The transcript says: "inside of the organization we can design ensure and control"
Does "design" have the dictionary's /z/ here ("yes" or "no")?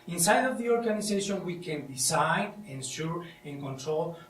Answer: no